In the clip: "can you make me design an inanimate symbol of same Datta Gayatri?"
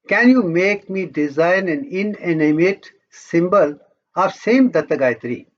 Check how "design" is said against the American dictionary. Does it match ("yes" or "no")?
yes